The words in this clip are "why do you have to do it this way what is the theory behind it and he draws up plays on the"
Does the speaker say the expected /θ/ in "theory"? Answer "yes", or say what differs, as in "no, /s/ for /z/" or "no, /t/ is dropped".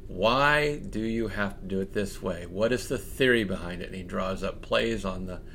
yes